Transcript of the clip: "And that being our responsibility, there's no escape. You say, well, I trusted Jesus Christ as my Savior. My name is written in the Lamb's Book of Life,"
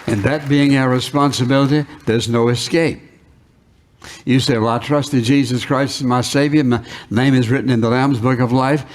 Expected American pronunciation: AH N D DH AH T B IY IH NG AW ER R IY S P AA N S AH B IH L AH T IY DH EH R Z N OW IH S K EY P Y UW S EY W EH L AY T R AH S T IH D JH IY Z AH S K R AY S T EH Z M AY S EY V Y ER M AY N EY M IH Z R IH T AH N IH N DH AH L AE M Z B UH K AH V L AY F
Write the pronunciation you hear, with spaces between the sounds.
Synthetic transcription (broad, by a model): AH N DH AH T B IY IH NG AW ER R IY S P AA N S AH B IH L AH T IY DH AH R Z N OW IH S K EY P Y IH S EY W EH L AY T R AH S T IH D JH IY Z AH S K R AY S T M AY S EY V Y ER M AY N EY M IH Z R IH T N IH N DH AH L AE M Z B UH K AH V L AY F